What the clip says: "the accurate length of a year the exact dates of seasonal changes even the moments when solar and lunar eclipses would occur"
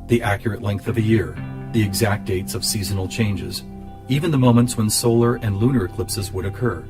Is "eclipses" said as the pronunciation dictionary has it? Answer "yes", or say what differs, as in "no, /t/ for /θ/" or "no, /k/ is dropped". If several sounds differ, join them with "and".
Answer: yes